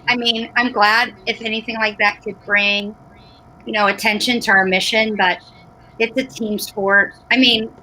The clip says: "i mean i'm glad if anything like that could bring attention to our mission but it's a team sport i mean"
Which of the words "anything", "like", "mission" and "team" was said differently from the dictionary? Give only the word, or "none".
none